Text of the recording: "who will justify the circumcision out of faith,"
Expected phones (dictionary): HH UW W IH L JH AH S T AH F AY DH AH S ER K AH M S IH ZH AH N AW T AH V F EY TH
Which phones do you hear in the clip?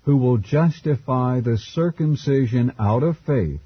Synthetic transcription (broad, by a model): HH UW W IH L JH AH S T AH F AY DH AH S ER K AH M S IH ZH AH N AW T AH V F EY TH